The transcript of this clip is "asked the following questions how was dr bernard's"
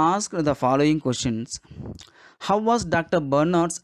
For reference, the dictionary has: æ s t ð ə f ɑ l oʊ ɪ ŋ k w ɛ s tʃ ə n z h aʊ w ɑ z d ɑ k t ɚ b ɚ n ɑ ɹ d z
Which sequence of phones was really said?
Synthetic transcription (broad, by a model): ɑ s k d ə f ɑ l oʊ ɪ ŋ k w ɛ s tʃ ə n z h aʊ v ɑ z d ɑ k t ɚ b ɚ n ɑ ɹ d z